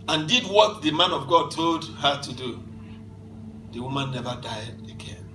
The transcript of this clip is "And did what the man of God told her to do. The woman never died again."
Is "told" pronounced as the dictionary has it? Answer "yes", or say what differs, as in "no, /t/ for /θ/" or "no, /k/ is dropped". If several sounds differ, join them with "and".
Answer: yes